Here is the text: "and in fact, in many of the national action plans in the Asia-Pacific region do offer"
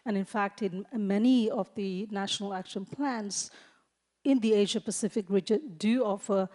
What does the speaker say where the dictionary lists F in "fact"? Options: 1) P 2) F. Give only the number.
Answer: 2